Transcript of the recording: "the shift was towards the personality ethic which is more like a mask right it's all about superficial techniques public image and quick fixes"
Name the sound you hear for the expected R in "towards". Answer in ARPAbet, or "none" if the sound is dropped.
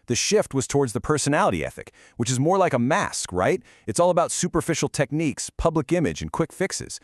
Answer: R